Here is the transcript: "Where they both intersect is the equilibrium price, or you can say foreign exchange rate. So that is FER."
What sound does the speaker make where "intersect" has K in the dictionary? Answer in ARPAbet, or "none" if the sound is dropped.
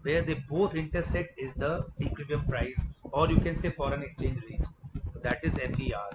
none